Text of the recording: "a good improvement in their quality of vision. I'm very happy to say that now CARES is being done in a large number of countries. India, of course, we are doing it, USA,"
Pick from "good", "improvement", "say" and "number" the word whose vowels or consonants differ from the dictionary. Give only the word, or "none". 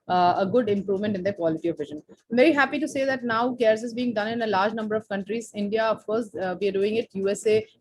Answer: none